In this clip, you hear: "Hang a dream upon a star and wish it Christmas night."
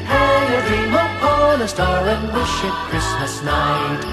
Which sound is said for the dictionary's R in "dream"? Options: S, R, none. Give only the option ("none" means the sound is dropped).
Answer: none